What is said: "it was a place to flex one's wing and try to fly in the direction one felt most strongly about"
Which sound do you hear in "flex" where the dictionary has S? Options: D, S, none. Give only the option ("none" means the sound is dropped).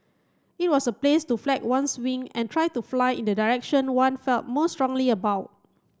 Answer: none